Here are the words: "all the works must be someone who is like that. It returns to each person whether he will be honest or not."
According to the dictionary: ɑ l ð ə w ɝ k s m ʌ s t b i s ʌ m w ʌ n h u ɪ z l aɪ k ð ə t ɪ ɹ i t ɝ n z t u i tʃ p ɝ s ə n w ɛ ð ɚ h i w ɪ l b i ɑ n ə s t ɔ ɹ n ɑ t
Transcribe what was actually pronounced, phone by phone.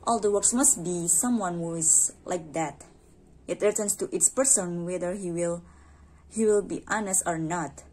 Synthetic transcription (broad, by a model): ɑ l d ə w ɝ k s m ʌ s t b i s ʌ m w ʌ n h u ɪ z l aɪ k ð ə t ɪ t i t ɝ n s t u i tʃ p ɝ s ə n w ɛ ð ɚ h i w ɪ l b i ɑ n ə s t ɔ ɹ n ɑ t